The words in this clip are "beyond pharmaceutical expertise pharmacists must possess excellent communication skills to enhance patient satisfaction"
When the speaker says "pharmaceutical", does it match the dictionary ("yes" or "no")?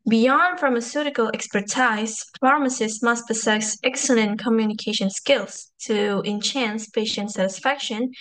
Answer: yes